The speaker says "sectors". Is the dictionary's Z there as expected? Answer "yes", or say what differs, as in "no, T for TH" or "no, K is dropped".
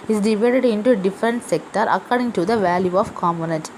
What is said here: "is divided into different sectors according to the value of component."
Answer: no, Z is dropped